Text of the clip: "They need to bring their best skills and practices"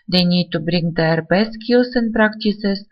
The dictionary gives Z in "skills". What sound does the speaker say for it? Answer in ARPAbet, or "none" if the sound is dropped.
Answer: S